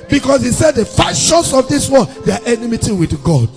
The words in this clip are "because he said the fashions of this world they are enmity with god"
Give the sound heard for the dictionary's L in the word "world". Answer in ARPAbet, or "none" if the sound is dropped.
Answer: none